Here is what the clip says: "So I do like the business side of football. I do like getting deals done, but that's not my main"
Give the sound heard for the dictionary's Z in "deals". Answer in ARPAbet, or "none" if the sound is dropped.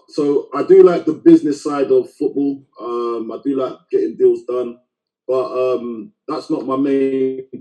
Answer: Z